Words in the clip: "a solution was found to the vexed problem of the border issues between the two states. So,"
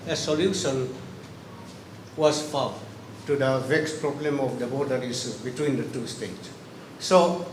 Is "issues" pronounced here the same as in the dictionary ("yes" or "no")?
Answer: no